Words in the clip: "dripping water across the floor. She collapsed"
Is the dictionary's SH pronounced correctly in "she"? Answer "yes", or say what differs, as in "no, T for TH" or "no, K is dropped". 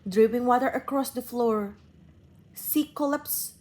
no, S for SH